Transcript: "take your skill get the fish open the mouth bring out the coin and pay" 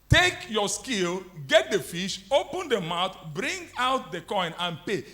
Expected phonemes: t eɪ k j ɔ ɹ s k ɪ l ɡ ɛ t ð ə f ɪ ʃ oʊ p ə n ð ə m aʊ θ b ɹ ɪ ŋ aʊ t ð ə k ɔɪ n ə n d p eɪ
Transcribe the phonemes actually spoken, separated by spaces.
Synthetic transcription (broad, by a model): t eɪ k j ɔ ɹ s k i l ɡ ɛ t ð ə f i ʃ oʊ p ə n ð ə m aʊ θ b ɹ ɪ ŋ aʊ t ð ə k ɔɪ n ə n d p eɪ